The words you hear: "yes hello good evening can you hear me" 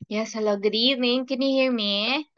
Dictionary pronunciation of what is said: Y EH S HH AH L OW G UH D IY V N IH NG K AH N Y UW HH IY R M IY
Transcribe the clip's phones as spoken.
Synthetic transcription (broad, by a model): Y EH S HH AH L OW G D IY N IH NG K AH N Y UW HH IY R M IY